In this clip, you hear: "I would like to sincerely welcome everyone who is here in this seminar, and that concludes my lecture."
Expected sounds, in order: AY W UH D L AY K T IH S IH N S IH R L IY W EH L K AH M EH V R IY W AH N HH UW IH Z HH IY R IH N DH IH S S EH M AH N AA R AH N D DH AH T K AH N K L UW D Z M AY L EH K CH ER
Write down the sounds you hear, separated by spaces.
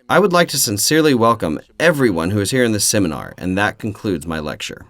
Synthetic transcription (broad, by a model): AY W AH D L AY K T IH S IH N S IH R L IY W EH L K AH M EH V R IY W AH N HH UW IH Z HH IY R IH N DH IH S S EH M AH N AA R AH N DH AH T K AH N K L UW D Z M AY L EH K CH ER